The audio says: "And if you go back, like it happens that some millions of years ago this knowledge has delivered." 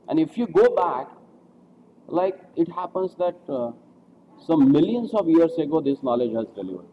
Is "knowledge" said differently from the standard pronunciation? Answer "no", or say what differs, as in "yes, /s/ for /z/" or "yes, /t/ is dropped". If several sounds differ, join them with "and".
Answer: no